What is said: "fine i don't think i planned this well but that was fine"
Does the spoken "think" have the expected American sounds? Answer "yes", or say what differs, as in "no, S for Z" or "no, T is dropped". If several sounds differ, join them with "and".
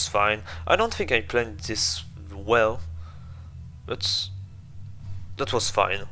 yes